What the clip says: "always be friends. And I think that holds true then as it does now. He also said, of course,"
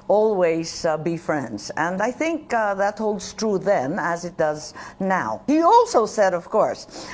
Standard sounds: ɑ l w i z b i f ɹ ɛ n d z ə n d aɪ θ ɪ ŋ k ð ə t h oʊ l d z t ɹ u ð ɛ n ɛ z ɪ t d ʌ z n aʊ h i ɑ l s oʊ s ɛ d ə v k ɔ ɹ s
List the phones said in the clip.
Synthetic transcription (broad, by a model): ɑ l w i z b i f ɹ ɛ n d z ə n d aɪ θ ɪ ŋ k ð ə t h oʊ l d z t ɹ u ð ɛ n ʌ z ɪ t d ʌ z n aʊ h i ɑ l s oʊ s ɛ d ə v k ɔ ɹ s